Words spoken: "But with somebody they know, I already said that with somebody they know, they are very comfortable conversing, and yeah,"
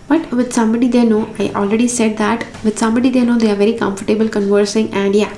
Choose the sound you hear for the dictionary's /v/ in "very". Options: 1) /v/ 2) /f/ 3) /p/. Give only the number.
1